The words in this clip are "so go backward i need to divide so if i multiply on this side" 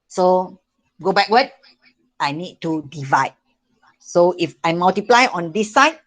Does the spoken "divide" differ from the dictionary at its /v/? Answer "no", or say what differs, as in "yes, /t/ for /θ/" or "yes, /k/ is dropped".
no